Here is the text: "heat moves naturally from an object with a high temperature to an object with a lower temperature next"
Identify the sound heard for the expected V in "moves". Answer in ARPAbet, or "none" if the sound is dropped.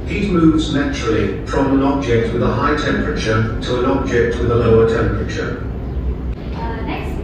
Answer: V